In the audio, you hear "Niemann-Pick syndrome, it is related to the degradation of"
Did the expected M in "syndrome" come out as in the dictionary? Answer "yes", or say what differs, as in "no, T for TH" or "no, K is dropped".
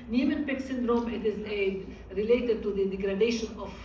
yes